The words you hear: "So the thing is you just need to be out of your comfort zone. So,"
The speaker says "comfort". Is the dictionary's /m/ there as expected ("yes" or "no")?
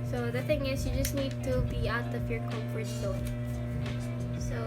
no